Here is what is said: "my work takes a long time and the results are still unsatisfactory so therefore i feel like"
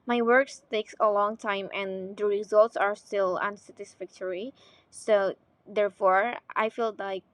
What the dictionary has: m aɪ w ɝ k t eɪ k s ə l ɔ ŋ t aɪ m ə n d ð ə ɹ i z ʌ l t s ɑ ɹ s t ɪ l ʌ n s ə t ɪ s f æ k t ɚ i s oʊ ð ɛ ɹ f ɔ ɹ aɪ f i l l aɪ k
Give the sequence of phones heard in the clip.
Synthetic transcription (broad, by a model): m aɪ w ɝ k t eɪ k s ə l ɔ ŋ t aɪ m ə n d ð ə ɹ i z ʌ l t s ɑ ɹ s t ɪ l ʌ n s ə t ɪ s f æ k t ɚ i s oʊ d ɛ ɹ f ɔ ɹ aɪ f i l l aɪ k